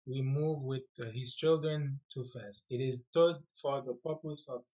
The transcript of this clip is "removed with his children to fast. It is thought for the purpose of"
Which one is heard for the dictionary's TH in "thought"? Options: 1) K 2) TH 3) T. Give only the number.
3